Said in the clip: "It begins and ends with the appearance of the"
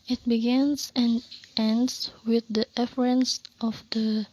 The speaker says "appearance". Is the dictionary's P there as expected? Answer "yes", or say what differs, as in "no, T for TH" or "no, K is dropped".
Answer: no, F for P